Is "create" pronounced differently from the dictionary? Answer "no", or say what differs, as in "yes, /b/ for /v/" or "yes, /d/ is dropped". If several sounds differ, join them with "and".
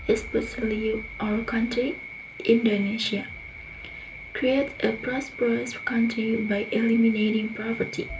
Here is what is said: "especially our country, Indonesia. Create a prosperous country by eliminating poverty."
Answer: no